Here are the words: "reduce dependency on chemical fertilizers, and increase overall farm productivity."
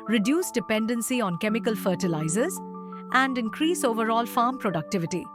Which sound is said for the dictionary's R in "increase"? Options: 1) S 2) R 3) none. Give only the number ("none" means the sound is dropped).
2